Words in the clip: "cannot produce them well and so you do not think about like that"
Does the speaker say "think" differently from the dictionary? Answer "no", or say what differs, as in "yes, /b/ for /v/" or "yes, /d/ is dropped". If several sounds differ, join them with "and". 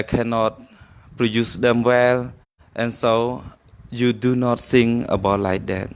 yes, /s/ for /θ/ and /k/ is dropped